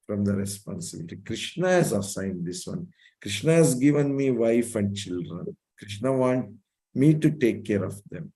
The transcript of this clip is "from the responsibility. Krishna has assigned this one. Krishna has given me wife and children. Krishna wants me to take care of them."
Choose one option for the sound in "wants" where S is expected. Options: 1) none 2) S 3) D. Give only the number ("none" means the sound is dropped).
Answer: 1